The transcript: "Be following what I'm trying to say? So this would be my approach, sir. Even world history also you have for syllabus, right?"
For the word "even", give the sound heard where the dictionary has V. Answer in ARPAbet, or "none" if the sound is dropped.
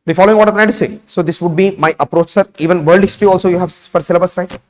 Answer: V